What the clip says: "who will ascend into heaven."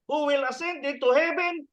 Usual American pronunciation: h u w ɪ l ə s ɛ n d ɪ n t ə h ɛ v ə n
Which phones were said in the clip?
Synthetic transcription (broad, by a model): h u w ɪ l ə s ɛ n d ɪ t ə h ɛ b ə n